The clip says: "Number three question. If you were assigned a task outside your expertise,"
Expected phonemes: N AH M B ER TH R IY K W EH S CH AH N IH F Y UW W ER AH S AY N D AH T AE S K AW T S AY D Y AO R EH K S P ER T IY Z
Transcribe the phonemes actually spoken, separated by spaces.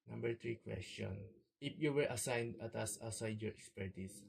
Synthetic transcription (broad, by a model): N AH M B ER T R IY K W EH S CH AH N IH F Y UW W ER AH S AY N D AH T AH S AW S AY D Y AO R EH K S P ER T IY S